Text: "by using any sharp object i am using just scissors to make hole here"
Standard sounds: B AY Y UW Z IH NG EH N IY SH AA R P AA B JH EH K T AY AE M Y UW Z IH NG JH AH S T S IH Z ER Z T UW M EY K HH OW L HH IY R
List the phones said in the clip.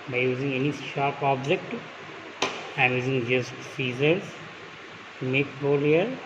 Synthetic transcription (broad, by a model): B AY Y UW Z IH NG EH N IY SH AA R P AA B JH EH K T AY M Y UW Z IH NG JH AH S T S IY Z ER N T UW M EY K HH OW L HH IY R